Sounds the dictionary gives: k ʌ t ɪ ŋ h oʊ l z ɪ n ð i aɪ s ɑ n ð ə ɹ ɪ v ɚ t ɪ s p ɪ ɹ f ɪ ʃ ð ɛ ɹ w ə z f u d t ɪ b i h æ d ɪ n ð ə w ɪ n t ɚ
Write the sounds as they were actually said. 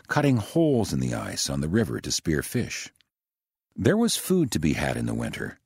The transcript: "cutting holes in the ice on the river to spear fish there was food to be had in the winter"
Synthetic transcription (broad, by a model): k ʌ t ɪ ŋ h oʊ l z ɪ n ð i aɪ s n ð ə ɹ ɪ v ɚ t ɪ s p ɪ ɹ f ɪ ʃ ð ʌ ɹ w ə z f u d t ɪ b i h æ d ɪ n ð ə w ɪ n t ɚ